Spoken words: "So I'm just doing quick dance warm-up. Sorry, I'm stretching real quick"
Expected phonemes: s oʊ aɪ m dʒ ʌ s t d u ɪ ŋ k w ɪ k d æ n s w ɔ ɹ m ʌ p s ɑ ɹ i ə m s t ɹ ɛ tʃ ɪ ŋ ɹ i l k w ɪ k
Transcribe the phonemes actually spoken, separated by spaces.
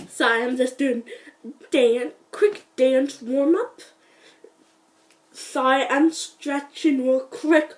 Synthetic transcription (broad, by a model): s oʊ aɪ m dʒ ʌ s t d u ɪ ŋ k w ɪ k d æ n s w ɔ ɹ m ʌ p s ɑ i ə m s t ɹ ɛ tʃ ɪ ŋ w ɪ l k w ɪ k